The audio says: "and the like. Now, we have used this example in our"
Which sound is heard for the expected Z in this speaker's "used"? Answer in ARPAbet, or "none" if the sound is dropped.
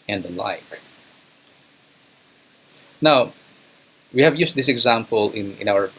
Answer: S